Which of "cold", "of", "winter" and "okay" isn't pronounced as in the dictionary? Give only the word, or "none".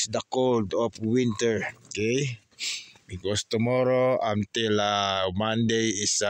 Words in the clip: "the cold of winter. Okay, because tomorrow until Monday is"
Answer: of